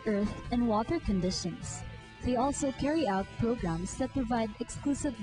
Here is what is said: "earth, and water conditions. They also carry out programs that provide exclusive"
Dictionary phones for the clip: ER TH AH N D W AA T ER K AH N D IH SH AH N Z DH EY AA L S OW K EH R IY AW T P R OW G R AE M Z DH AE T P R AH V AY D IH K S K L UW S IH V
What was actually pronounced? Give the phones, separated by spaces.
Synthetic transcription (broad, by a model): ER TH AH N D W AA T ER K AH N D IH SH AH N S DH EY AA L S OW K EH R IY AW T P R OW G R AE M S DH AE T P R AH V AY D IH K S K L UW S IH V